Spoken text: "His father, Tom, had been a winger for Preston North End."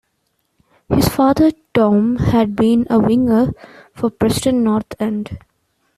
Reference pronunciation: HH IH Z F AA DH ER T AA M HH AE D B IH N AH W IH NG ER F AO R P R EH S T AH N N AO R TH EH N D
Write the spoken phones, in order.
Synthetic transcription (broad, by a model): HH IH Z F AA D ER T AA M HH AE D B IH N AH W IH NG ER F AO R P R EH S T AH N N AO R T EH N D